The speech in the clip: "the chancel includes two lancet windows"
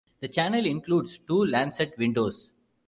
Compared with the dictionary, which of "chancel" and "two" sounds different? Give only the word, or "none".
chancel